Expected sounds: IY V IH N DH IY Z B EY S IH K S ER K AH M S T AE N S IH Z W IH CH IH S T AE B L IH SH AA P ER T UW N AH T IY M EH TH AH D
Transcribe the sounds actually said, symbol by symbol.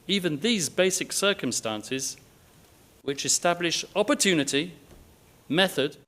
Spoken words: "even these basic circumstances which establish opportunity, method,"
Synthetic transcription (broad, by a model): IY V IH N DH IY Z B EY S IH K S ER K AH M S T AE N S IH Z W IH CH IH S T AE B L IH SH AA P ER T UW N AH T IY M EH TH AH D